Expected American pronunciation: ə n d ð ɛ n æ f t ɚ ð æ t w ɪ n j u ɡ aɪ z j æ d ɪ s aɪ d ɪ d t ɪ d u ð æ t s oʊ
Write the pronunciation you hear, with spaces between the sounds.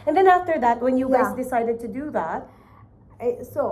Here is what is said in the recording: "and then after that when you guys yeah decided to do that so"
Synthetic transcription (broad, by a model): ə n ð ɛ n æ f t ɚ ð æ t w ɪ n j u ɡ aɪ z d ɪ s aɪ d ɪ d t ɪ d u ð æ t s oʊ